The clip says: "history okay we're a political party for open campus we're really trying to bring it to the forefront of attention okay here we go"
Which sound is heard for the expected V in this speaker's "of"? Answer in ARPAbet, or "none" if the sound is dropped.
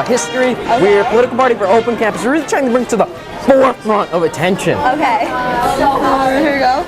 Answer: V